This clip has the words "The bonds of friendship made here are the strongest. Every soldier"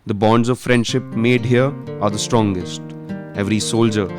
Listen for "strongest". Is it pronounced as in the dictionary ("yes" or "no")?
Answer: yes